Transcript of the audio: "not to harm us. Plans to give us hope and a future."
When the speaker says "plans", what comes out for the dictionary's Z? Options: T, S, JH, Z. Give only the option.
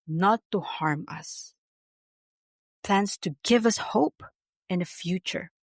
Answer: S